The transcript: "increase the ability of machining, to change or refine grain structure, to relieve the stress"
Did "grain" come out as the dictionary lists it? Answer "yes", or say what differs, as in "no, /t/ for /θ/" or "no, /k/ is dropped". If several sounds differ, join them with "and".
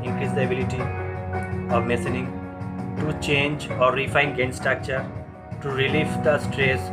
no, /ɹ/ is dropped